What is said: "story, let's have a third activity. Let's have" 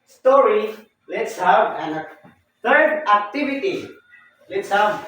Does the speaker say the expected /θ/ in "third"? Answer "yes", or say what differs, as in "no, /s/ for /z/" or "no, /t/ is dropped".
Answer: no, /t/ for /θ/